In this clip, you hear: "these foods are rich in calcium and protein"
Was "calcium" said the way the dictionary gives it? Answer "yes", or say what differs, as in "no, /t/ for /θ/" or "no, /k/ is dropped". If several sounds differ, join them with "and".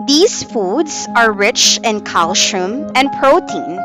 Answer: no, /ʃ/ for /s/